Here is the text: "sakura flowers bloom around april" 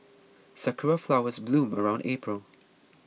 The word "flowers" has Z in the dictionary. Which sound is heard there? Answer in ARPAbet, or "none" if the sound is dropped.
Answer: Z